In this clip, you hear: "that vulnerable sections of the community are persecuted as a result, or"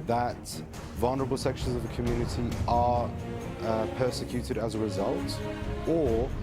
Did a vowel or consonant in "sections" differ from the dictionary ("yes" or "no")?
no